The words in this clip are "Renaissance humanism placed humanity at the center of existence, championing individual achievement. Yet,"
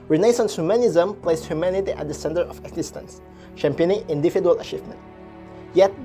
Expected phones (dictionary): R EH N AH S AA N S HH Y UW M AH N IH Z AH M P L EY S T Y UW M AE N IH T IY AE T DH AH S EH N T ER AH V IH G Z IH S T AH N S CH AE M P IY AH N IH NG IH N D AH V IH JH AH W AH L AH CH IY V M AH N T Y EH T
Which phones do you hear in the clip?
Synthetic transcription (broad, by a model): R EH N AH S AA N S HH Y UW M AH N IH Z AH M P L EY S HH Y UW M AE N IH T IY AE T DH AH S EH N T ER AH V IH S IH S T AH N S SH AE M P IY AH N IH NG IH N D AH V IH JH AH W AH L AH CH IY V M AH N T Y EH T